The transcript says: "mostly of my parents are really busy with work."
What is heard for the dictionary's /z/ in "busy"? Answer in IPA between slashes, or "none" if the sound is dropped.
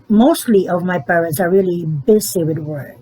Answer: /s/